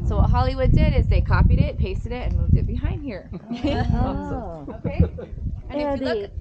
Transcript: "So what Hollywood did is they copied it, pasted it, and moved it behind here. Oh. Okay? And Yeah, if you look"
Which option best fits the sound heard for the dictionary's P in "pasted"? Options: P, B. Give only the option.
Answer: P